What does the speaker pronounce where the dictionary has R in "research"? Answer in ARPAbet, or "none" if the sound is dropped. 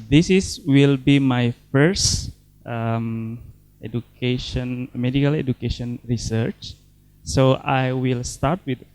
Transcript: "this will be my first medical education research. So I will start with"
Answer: R